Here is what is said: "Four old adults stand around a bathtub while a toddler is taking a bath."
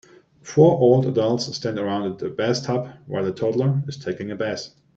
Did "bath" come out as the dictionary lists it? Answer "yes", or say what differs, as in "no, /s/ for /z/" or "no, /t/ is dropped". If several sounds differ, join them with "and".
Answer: no, /s/ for /θ/